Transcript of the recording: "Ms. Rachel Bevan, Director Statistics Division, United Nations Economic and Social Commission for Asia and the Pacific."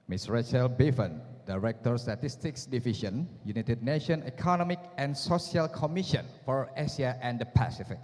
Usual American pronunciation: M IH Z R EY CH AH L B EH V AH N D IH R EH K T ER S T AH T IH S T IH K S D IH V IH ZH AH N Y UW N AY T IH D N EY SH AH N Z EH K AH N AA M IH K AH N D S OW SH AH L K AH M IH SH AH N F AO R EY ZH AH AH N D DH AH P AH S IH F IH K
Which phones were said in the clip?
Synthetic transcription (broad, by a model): M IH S R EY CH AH L B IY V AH N D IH R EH K T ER S T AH T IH S T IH K S D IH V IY SH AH N Y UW N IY T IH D N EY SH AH N EH K AH N AA M IH K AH N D S OW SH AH L K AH M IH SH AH N F AO R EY S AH AH N D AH P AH S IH F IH K